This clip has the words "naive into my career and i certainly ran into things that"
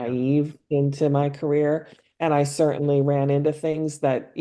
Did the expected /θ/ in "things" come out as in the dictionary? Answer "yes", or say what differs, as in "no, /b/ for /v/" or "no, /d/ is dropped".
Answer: yes